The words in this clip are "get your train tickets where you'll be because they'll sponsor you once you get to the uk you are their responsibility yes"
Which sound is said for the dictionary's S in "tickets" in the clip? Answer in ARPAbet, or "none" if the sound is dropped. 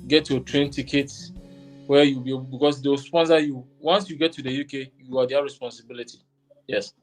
none